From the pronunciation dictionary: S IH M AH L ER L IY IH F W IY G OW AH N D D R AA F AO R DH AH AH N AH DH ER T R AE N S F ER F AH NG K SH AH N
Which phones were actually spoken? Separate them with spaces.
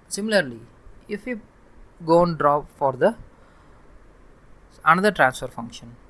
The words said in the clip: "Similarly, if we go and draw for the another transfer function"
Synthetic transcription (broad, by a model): S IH M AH L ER L IY IH F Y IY G OW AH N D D R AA F AO R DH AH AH N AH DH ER T R AE N S F ER F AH NG K SH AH N